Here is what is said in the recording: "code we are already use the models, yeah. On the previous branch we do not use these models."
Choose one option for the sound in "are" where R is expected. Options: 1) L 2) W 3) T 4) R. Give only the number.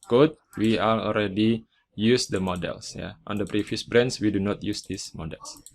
1